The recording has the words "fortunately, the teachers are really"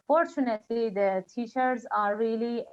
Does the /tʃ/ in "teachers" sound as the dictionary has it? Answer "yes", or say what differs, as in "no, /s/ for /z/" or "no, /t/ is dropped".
no, /ʃ/ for /tʃ/